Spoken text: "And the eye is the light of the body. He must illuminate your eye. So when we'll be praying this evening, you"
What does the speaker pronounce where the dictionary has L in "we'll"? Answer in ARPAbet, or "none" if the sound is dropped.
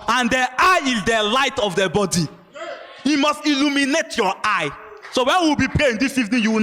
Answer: W